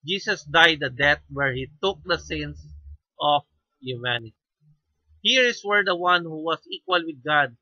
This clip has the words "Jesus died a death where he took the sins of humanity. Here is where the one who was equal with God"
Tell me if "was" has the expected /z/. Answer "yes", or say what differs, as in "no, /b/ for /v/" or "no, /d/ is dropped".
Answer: no, /s/ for /z/